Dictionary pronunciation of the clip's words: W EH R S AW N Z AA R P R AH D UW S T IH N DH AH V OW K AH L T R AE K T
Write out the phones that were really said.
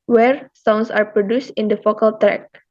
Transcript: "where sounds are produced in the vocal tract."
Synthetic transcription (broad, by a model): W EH R S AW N S AA R P R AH D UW S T IH N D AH F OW K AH L T R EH K